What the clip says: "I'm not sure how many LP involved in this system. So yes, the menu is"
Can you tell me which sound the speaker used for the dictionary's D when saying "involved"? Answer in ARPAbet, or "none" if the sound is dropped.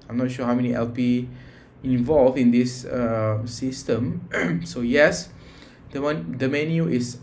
none